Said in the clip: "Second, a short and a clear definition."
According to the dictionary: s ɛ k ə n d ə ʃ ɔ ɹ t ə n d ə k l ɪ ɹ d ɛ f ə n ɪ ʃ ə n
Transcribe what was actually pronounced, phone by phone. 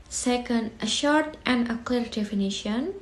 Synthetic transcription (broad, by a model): s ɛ k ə n d ə ʃ ɔ ɹ t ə n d ə k l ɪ ɹ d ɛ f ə n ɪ ʃ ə n